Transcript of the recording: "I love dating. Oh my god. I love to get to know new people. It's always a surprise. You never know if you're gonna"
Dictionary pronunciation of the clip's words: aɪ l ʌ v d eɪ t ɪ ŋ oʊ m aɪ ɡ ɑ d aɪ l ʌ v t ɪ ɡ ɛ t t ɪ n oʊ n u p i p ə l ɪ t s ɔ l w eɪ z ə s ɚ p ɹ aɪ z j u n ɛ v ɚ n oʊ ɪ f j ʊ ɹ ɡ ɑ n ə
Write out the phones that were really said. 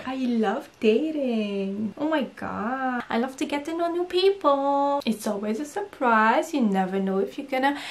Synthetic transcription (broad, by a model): aɪ l ʌ v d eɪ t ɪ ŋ oʊ m aɪ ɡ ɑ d aɪ l ʌ v t ɪ ɡ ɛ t t ɪ n oʊ n u p i p ə l ɪ t s ɔ l w eɪ z ə s ɚ p ɹ aɪ z j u n ɛ v ɚ n oʊ ɪ f j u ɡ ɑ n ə